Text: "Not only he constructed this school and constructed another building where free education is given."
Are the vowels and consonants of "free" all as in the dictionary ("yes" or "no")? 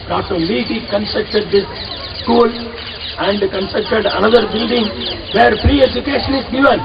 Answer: no